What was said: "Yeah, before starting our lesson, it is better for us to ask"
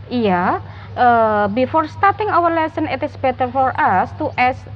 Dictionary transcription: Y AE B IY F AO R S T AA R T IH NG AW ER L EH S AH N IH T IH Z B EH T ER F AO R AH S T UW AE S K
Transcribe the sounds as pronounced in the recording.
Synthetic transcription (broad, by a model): Y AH B IY F AO R S T AA R T IH NG AW ER L EH S AH N IH T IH S B EH T ER F AO R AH S T UW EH S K